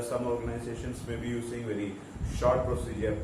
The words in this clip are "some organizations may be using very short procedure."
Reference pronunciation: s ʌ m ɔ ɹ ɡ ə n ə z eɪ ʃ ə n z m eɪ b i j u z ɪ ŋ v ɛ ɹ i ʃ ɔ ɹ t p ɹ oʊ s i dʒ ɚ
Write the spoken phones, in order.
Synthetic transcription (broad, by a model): s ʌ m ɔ ɹ ɡ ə n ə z eɪ ʃ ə n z m eɪ b i j u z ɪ ŋ v ɛ ɹ i ʃ ɔ ɹ t p ɹ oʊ s i dʒ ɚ